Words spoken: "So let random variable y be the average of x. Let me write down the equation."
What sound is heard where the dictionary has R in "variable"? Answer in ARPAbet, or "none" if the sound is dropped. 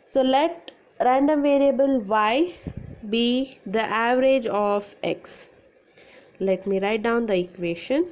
R